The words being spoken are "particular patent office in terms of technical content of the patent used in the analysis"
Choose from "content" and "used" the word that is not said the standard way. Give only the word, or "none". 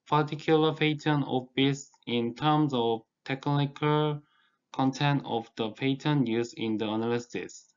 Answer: used